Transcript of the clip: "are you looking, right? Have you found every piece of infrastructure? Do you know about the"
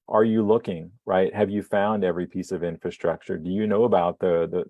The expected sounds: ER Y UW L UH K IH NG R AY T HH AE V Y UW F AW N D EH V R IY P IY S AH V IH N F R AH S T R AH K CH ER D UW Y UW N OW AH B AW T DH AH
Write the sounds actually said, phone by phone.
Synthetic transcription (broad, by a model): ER Y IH L UH K IH NG R AY T HH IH V Y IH F AW N D EH V R IY P IY S AH V IH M F R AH S T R AH K CH ER D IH Y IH N OW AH B AW T DH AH